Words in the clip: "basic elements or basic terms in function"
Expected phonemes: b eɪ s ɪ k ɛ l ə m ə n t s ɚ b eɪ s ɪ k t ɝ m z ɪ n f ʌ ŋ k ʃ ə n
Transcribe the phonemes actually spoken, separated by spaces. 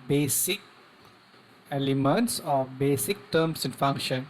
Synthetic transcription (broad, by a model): b eɪ s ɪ k ɛ l ə m ə n t s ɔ b eɪ s ɪ k t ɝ m s ɪ n f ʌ ŋ k ʃ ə n